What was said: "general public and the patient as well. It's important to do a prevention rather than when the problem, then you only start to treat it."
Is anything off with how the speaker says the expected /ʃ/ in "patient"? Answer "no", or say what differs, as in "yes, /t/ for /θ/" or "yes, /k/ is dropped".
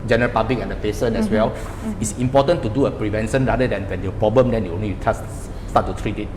yes, /s/ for /ʃ/